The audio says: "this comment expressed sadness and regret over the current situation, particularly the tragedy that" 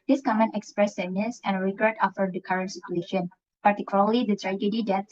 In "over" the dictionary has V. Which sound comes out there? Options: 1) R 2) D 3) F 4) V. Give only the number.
3